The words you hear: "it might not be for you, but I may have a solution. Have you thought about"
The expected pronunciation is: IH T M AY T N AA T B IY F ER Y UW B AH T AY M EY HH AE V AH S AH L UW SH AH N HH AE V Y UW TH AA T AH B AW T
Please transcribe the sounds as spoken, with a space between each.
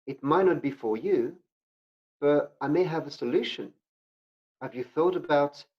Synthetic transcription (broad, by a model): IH T M AY T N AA T B IY F ER Y UW B AH T AY M EY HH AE V AH S AH L UW SH AH N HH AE V Y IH TH AA T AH B AW T